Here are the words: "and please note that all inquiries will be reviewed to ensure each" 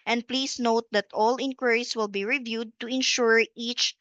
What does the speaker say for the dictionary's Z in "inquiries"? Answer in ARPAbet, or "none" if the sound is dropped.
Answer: S